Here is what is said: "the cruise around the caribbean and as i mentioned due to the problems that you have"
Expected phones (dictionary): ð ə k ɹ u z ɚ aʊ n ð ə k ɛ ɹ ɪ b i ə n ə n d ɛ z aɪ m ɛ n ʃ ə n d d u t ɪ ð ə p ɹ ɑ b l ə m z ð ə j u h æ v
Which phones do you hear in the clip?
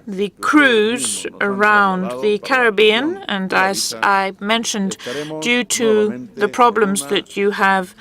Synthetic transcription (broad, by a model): ð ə k ɹ u z ɚ aʊ n ð ə k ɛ ɹ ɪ b i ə n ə n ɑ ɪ s aɪ m ɛ n ʃ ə n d d u t ɪ ð ə p ɹ ɑ b l ə m z ð ə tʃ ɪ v